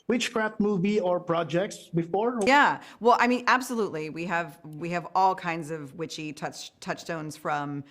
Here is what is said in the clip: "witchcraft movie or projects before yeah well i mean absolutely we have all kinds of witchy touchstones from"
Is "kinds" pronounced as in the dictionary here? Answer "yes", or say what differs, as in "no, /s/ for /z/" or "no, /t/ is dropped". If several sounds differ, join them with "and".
yes